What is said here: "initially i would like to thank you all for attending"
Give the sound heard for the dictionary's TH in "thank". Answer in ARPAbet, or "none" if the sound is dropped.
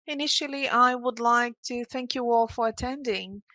TH